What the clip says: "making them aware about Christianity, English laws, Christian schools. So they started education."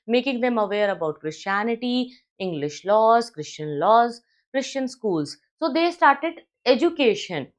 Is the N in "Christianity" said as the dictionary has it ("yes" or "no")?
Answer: yes